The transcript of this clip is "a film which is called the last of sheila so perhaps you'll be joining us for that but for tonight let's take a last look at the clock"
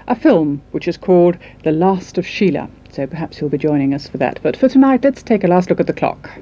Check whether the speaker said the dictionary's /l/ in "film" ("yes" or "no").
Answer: yes